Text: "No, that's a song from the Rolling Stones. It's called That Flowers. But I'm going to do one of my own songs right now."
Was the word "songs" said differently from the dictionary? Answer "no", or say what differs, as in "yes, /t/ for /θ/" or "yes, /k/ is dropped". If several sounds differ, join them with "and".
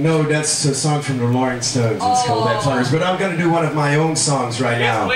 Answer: no